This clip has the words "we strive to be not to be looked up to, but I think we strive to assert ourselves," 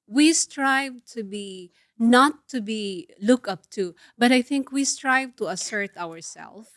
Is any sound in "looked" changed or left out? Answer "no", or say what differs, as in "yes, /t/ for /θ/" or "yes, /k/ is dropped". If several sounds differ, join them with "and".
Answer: yes, /t/ is dropped